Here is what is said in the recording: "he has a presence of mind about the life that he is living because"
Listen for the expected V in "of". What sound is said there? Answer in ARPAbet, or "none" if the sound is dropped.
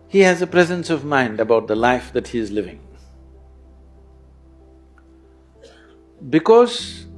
V